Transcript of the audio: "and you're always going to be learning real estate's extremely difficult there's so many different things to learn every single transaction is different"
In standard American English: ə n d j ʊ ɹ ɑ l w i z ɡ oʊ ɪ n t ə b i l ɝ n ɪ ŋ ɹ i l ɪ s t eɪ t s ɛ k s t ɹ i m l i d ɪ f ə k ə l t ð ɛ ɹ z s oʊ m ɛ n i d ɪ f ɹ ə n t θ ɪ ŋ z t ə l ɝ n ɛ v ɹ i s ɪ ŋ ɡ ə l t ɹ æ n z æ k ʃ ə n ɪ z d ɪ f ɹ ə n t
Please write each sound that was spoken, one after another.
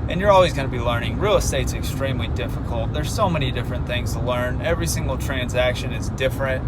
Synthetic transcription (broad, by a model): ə n j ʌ ɹ ɑ l w i z ɡ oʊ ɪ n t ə b i l ɝ n ɪ ŋ ɹ i l s t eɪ t s ɛ k s t ɹ i m l i d ɪ f ə k ə l t ð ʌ ɹ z s oʊ m ɛ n i d ɪ f ɹ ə n θ ɪ ŋ z t ə l ɝ n ɛ v ɹ i s ɪ ŋ ɡ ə l t ɹ æ n z æ k ʃ ə n ɪ z d ɪ f ɹ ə n t